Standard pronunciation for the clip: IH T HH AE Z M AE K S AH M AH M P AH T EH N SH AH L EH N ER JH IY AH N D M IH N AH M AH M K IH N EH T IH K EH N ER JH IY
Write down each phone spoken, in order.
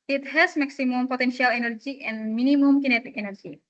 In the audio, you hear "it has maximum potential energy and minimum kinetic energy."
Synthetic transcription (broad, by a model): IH T HH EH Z M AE K S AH M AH M P AH T EH N SH AH L EH N ER JH IY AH N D M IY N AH M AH M K IH N EH T IH K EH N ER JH IY